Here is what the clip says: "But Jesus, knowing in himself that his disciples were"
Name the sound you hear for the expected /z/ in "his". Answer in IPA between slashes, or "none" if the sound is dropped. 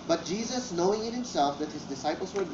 /z/